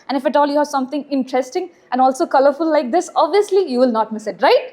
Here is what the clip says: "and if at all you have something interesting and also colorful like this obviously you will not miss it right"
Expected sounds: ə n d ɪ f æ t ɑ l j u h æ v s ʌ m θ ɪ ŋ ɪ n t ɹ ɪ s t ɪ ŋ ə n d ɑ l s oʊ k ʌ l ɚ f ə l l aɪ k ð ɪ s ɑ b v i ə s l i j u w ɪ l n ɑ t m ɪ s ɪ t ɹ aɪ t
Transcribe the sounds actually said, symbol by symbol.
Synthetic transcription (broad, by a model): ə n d ɪ f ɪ t ɑ l j u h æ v s ʌ m t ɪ ŋ ɪ n t ɹ ɪ s t ɪ ŋ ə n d ɑ l s oʊ k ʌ l ɚ f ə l l aɪ k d ɪ s ɑ b v i ə s l i j u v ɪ l n ɑ t m ɪ s ɪ t ɹ aɪ t